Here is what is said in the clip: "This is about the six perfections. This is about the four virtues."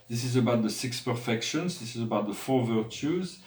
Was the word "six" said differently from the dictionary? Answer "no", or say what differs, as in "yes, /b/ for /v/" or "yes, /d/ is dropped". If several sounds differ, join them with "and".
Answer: no